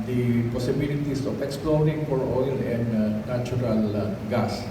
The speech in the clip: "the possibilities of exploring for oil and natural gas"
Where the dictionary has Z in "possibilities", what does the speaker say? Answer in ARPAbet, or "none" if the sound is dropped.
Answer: S